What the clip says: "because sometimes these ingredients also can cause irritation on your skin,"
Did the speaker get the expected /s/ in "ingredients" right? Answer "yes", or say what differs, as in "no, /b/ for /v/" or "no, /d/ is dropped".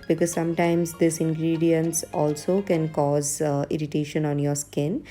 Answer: yes